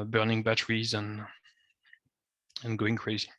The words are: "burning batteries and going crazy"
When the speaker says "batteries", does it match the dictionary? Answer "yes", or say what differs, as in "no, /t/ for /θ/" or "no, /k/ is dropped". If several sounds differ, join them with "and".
yes